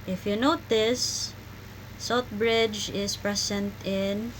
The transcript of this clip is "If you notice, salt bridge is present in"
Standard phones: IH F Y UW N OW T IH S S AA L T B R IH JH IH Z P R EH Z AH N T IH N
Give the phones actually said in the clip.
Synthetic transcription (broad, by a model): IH F Y UW N OW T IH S S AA T B R IH JH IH S P R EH S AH N T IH N